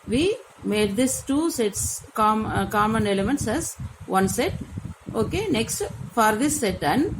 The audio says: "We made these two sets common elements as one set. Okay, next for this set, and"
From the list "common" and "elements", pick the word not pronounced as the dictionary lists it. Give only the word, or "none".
none